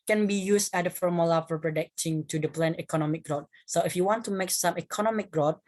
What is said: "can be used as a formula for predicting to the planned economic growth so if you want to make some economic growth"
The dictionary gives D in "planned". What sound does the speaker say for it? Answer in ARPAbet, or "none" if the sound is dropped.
none